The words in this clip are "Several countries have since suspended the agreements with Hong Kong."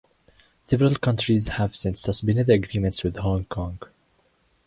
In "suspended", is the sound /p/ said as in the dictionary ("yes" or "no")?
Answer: no